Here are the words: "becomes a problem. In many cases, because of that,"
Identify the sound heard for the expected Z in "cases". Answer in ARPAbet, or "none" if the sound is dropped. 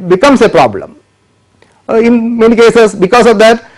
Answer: S